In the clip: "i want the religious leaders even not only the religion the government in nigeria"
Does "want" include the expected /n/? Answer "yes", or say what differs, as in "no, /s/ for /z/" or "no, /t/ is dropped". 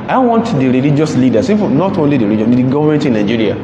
yes